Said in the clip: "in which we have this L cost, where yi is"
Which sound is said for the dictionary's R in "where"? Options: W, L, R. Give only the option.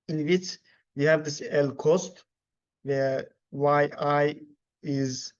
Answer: W